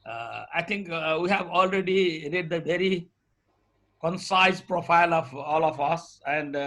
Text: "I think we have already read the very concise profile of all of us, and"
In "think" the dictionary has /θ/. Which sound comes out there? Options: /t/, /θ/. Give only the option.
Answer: /t/